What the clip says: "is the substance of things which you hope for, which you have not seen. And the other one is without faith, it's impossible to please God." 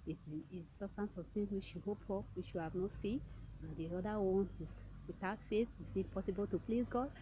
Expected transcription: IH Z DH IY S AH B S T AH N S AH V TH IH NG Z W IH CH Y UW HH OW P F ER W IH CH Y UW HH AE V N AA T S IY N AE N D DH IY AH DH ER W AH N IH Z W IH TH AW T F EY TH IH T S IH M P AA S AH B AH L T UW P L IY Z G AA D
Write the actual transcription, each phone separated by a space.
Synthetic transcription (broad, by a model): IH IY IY S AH S T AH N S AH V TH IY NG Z W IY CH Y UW HH OW P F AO W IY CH Y UW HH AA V N AA T S IY N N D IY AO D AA W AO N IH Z W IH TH AW T F EY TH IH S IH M P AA S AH B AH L T UW P L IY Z G AA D